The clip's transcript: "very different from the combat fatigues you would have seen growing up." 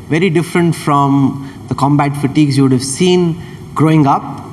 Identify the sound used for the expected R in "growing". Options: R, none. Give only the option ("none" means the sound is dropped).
R